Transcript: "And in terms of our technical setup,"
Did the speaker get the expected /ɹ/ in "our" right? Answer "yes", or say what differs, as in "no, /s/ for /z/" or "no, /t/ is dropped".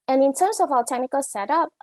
no, /l/ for /ɹ/